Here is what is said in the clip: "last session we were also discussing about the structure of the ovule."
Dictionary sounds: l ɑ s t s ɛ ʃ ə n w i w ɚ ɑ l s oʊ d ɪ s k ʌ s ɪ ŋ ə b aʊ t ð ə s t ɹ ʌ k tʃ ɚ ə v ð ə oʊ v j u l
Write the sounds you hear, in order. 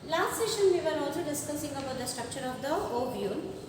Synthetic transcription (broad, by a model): l ɑ s t s ɛ ʃ ə n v i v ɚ ɑ l s oʊ d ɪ s k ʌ s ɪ ŋ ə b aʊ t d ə s t ɹ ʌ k ʃ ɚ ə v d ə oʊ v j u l